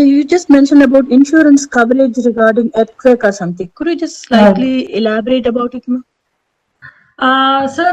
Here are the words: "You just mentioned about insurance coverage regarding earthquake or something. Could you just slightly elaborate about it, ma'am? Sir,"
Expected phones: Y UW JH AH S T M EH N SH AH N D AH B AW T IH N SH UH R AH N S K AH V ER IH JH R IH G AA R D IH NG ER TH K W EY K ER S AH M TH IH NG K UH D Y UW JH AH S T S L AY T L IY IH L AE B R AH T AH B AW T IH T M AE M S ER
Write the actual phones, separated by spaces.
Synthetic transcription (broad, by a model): Y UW JH AH S T M EH N SH AH N D AH B AW T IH N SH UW R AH N S K AH V ER IH JH R IH G AA R D IH NG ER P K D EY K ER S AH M T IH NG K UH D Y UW JH AH S T S L AY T L IY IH L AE B R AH T AH B AW T IH T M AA S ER